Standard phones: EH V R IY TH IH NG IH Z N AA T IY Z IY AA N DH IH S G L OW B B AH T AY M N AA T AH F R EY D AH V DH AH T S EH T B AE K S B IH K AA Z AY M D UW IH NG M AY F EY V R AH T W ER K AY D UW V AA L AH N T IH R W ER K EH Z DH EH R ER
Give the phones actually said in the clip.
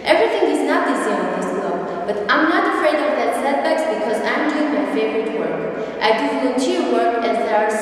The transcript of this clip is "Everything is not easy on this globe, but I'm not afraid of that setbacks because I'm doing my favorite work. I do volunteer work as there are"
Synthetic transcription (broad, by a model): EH V R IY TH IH NG IH Z N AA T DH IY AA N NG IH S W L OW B B AH T AY M N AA T AH F R EY D AH V DH AH T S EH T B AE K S B IH K AA Z AY M D UW IH NG M AY F EY V R AH T W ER K AY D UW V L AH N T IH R W ER K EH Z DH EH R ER